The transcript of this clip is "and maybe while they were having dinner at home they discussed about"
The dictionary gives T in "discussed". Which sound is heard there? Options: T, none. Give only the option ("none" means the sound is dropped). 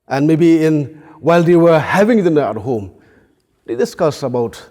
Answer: none